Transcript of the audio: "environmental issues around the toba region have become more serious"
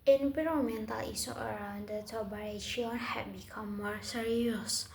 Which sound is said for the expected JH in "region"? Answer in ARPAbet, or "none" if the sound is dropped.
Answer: SH